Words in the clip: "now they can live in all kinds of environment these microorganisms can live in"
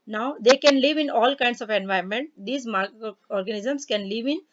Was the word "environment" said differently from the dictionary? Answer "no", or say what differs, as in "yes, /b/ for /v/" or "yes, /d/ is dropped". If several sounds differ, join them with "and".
yes, /ɹ/ is dropped